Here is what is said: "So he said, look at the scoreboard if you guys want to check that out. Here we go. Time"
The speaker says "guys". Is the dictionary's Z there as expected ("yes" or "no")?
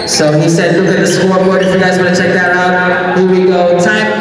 yes